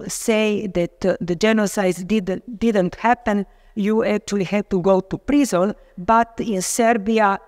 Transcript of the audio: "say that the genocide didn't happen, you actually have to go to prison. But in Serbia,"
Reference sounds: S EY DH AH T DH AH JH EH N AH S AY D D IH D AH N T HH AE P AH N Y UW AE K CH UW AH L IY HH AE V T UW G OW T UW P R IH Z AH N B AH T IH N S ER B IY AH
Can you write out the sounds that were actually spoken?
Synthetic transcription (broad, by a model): S EY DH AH T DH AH JH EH N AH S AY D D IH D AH N T HH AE P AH N Y UW AE K CH UW AH L IY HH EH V T UW G OW T UW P R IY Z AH L B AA T IH N S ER B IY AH